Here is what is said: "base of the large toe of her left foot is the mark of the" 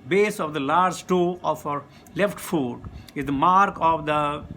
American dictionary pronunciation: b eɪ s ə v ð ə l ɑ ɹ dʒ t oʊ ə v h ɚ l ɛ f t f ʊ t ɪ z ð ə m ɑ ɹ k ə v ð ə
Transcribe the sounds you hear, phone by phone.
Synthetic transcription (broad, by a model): b eɪ s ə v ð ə l ɑ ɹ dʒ t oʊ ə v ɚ l ɛ f t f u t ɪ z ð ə m ɑ ɹ k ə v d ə